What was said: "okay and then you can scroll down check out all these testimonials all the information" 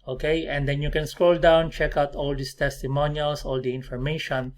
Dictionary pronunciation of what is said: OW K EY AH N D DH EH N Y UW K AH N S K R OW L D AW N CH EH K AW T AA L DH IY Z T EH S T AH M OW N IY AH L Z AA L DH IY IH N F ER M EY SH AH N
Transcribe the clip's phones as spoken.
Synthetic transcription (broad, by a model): OW K EY AH N D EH N Y UW K AH N S K R OW L D AW N CH EH K AW T AA L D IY S T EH S T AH M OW N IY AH L S AA L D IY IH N F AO M EY SH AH N